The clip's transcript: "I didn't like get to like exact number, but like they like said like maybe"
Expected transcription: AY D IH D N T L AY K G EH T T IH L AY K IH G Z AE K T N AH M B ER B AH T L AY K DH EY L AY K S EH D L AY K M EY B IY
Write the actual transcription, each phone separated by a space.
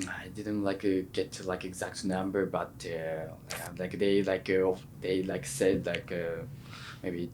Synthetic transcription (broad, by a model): AY D IH D N T L AY K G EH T T IH L AY K IH G Z AE K T N AH M B ER B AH T L AY K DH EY L AY K S EH D L AY K M EY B IY